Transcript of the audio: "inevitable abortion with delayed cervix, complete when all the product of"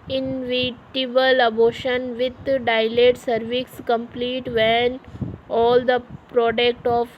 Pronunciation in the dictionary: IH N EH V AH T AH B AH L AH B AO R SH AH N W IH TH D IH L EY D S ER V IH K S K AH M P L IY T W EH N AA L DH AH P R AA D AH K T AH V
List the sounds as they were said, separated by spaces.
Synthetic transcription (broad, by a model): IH N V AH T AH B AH L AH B AO SH AH N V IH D D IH L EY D S ER V IH K S K AH M P L IY T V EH N AA L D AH P R AA D AH K T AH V